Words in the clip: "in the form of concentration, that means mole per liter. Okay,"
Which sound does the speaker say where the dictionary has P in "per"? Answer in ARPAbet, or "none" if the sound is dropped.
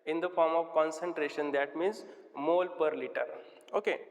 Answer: P